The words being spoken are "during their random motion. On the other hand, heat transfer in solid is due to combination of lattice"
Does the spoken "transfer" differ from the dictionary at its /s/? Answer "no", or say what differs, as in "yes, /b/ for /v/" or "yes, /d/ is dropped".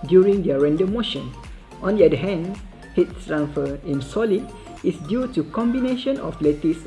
yes, /s/ is dropped